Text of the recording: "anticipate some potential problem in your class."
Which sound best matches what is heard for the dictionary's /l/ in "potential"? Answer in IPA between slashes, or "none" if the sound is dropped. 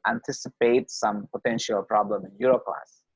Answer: /l/